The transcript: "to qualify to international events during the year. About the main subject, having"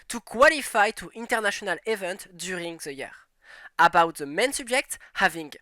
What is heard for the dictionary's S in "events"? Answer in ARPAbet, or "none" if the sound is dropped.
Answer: none